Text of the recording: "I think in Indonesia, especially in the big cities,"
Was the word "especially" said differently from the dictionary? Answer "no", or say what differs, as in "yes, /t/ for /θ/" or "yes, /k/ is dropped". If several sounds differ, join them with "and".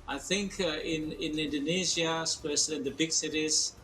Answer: yes, /s/ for /ʃ/